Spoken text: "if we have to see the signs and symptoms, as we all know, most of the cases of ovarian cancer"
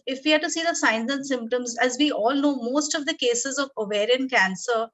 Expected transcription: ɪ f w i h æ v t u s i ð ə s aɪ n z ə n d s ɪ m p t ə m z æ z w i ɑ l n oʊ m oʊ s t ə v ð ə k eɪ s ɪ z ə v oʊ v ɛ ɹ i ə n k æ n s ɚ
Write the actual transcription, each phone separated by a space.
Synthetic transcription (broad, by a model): ɪ f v i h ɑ t u s i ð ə s aɪ n z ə n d s ɪ m p t ə m z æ z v i ɑ l n oʊ m oʊ s t ə v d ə k eɪ s ɪ z ə v oʊ v ɛ ɹ i ə n k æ n s ɚ